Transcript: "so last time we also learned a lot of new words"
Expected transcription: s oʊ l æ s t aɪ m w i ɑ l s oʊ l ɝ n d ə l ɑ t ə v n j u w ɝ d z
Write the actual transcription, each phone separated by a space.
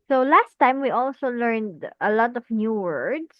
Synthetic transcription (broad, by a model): s oʊ l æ s t aɪ m w i ɑ l s oʊ l ɝ n d ə l ɑ t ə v n j u w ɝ d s